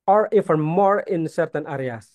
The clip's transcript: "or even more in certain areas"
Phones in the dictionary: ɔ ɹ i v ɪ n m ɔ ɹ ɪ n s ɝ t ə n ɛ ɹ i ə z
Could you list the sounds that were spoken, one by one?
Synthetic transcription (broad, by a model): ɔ ɹ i f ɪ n m ɔ ɹ ɪ n s ɝ t ə n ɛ ɹ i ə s